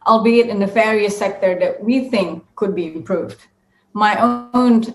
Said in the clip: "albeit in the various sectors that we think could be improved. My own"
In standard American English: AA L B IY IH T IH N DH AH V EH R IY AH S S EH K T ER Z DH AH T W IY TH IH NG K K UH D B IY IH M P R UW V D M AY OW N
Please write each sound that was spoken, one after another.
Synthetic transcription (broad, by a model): AA L B IY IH T IH N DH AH F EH R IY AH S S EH K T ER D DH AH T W IY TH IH NG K K UH D B IY IH M P R UW V D M AY OW N